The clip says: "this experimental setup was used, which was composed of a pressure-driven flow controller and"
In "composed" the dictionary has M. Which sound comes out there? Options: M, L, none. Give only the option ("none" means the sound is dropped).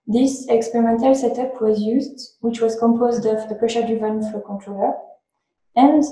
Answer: M